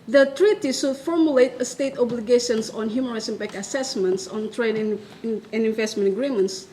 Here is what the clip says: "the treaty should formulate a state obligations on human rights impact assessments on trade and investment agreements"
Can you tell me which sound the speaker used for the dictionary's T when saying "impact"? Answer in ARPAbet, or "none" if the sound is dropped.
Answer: none